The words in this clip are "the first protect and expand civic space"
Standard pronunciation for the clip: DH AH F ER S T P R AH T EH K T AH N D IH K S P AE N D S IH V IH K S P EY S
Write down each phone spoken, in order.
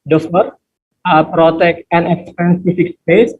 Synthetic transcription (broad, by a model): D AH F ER T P R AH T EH K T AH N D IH K S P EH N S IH F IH K S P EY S